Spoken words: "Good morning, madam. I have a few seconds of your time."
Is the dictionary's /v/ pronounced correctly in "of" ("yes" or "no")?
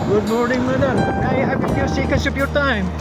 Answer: no